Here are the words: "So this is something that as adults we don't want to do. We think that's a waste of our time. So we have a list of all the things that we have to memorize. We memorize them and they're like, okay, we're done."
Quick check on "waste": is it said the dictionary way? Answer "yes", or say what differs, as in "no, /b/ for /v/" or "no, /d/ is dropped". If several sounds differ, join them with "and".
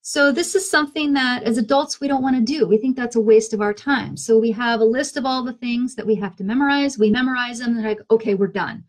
yes